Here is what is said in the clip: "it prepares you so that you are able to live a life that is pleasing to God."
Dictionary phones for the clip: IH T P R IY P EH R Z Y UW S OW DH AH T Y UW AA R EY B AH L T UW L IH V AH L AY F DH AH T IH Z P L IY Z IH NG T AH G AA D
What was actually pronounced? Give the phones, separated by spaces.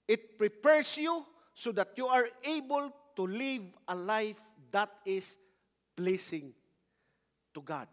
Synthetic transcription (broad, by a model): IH T P R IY P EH R S Y UW S OW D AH T Y UW AA R EY B AH L T UW L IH V AH L AY F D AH T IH S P L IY S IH NG T AH G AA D